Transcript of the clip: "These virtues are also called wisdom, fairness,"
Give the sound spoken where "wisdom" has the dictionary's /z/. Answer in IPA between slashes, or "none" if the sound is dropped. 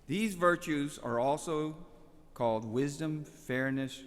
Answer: /z/